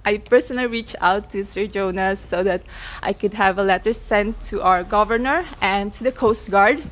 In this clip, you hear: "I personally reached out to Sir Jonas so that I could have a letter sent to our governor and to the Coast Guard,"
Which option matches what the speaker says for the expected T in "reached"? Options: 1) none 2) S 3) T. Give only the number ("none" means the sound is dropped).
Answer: 1